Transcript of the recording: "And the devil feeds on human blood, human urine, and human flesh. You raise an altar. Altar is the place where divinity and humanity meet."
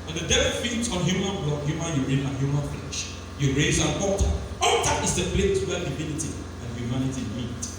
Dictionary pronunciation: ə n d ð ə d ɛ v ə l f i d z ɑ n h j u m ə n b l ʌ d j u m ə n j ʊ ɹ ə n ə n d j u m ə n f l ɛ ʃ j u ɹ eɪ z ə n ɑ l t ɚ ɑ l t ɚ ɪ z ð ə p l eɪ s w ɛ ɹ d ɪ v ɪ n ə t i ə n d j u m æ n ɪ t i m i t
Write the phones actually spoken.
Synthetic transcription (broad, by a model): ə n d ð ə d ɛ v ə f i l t ɑ n h j u m ə n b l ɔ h j u m ə n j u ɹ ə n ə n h j u m ə n f l ɛ ʃ j u ɹ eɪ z ə n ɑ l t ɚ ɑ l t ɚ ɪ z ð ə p l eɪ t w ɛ l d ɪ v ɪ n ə t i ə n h j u m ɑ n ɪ t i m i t